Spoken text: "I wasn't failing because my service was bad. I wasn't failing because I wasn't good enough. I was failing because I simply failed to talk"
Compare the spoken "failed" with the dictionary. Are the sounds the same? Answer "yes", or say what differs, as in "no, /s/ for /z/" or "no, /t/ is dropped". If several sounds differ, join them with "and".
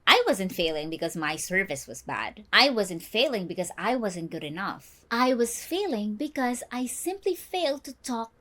yes